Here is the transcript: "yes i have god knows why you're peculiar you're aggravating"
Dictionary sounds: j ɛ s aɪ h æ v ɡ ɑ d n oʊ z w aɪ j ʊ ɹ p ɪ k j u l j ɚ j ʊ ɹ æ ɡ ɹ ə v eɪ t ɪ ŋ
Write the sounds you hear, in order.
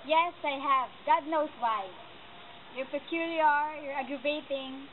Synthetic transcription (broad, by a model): j ɛ s aɪ h æ v ɡ ɑ d n oʊ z w aɪ j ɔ ɹ p ɪ k j u l j ɚ j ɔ ɹ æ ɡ ɹ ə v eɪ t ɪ ŋ